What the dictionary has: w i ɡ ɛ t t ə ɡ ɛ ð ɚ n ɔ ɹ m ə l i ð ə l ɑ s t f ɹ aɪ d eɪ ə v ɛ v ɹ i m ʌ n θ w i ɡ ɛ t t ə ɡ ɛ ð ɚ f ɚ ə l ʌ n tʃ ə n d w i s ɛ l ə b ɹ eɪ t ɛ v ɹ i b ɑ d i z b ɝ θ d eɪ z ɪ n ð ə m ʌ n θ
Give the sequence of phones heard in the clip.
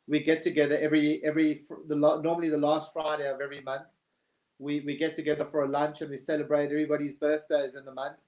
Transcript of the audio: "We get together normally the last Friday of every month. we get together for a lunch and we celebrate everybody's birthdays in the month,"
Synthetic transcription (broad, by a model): w i ɡ ɛ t t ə ɡ ɛ ð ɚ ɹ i ɹ m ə l i ð ə l ɑ s t f ɹ aɪ d eɪ ə v ɛ v ɹ i m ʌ n θ w i ɡ ɛ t t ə ɡ ɛ ð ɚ f ɚ ə l ʌ n tʃ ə n w i s ɛ l ə b ɹ eɪ t ɛ v ɹ i b ɑ d i z b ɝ θ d eɪ z ɪ n ð ə m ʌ n θ